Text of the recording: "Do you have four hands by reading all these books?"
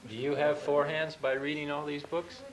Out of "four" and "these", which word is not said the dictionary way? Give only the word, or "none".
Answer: none